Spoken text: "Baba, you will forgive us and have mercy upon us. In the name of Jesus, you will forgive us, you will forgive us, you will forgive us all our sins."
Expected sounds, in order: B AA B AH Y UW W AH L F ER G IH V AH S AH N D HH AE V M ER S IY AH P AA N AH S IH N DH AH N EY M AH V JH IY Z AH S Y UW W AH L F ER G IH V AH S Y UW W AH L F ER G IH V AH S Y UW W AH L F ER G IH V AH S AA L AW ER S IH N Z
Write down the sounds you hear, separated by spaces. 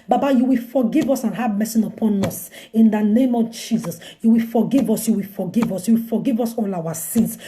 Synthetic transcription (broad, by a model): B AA B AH Y UW W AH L F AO G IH V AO S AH N HH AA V M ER S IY AH P AA N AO S IH N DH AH N EY M AH V JH IY Z AH S Y UW W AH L F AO G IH V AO S Y UW W AH L F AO G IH V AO S Y UW W AH L F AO G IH V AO S AA L AW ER S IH N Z